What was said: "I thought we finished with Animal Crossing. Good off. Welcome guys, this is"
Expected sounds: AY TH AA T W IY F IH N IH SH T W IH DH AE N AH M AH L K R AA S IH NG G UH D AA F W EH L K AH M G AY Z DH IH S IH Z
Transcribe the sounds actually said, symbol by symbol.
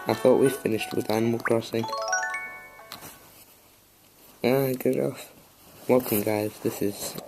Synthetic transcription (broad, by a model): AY TH AA T W IY F IH N IH SH T W IH DH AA N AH M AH L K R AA S IH NG G UH D AA F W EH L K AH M G AY Z DH IH S IH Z